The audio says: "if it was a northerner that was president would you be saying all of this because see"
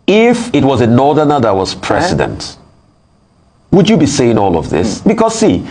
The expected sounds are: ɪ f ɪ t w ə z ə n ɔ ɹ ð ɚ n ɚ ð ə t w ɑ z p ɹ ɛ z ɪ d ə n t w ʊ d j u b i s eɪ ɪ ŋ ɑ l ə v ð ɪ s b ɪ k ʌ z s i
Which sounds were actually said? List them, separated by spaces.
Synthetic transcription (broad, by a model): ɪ f ɪ t w ə z ə n ɔ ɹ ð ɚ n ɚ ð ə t w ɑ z p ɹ ɛ s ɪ d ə n t w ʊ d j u b i s eɪ ɪ ŋ ɑ l ə v ð ɪ s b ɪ k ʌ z s i